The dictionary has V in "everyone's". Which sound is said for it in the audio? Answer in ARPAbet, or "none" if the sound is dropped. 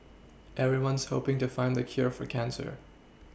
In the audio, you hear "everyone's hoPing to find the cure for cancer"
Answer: V